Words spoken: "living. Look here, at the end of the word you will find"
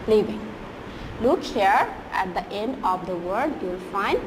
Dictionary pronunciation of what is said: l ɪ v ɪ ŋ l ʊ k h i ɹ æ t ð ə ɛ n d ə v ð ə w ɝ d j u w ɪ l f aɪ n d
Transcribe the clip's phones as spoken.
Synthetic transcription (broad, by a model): l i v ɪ ŋ l ʊ k h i ɹ æ t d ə ɛ n d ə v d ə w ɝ d j u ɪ l f aɪ n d